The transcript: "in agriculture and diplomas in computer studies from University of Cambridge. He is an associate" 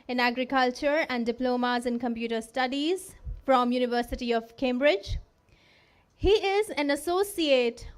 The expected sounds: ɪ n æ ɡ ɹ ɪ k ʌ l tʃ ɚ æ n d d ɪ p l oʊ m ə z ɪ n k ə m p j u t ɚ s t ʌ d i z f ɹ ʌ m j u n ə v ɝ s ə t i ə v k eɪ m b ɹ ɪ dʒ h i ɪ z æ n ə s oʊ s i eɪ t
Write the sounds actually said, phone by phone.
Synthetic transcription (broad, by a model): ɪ n æ ɡ ɹ ɪ k ʌ l tʃ ɚ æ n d d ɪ p l oʊ m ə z ɪ n k ə m p j u t ɚ s t ʌ d i z f ɹ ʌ m j u n ə v ɝ s ə t i ə v k eɪ m b ɹ ɪ dʒ h i ɪ z æ n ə s oʊ s i eɪ t